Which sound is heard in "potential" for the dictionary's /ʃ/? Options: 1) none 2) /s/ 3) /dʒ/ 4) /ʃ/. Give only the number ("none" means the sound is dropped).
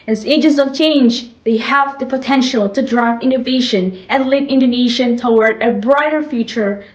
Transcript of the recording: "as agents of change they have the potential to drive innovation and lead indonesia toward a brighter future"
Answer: 4